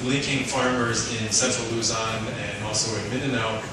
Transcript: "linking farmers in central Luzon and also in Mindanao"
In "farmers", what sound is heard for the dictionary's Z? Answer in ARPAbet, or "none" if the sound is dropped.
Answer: Z